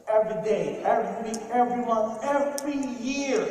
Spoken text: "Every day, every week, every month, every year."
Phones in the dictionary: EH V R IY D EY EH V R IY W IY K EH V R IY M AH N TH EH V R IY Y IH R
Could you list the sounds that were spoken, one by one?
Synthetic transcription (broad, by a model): EH V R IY D EY EH V R IY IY EH V R IY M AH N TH EH V R IY Y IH R